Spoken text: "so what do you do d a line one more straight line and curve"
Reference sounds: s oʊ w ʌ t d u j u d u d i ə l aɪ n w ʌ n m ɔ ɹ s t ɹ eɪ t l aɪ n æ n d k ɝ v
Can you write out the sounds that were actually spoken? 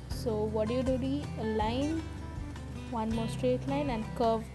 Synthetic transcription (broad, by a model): s oʊ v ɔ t d u j u d u d i ə l aɪ n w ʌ n m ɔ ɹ s t ɹ eɪ t l aɪ n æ n d k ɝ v